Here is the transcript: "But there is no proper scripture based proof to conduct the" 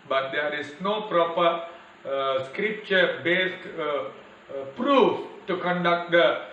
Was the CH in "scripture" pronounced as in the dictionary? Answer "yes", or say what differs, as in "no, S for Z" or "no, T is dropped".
yes